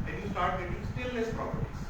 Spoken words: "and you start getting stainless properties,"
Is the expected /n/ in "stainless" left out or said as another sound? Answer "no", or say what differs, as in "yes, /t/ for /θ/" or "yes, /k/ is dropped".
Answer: yes, /n/ is dropped